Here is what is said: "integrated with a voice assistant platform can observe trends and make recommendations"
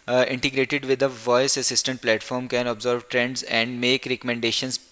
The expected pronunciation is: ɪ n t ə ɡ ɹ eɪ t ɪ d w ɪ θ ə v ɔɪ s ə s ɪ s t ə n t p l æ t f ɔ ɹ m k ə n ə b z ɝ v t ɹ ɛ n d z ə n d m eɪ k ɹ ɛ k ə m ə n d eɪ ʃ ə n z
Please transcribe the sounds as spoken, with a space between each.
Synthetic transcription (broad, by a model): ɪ n t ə ɡ ɹ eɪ t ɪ d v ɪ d ə v ɔɪ s ə s ɪ s t ə n t p l æ t f ɔ ɹ m k ə n ə b z ɝ v t ɹ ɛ n d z ə n d m eɪ k ɹ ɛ k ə m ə n d eɪ ʃ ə n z